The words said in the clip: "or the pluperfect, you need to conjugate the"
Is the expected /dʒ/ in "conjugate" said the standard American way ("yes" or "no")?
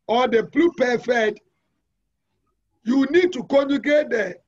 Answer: no